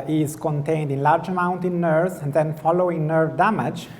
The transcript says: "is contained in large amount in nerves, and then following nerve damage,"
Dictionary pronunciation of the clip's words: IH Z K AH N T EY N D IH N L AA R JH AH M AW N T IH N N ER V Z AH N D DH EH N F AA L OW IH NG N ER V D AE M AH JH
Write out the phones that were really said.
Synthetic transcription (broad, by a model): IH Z K AH N T EY N D IH N L AA R JH AH M AW N T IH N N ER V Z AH N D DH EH N F AA L OW IH NG N ER V D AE M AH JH